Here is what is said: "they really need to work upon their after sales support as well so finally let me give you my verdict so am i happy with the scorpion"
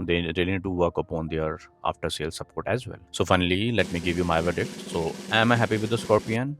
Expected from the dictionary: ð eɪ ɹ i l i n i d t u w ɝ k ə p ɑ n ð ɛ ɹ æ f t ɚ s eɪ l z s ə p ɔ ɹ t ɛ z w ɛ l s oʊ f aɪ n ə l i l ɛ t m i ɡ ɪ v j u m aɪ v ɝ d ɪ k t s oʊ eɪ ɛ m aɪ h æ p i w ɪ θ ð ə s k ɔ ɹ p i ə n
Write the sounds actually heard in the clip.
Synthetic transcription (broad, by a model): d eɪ ɹ i l i n i d t u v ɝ k ə p ɑ n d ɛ ɹ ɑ f t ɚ s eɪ l s ə p ɔ ɹ t ɛ z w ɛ l s oʊ f aɪ n ə l i l ɛ t m i ɡ ɪ v j u m aɪ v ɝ d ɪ t s oʊ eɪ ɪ m aɪ h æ p i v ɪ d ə s k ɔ ɹ p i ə n